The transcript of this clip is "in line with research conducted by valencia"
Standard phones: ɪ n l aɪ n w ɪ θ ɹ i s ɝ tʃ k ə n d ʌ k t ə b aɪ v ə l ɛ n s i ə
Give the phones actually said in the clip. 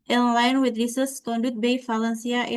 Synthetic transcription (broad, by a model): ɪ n l aɪ n w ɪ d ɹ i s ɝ s k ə n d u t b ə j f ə l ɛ n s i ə